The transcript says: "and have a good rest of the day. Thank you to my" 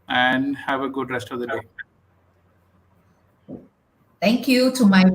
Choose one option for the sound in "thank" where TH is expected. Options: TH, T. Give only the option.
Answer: T